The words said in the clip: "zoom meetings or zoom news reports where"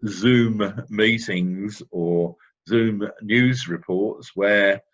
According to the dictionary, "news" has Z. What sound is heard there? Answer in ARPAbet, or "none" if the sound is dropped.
Z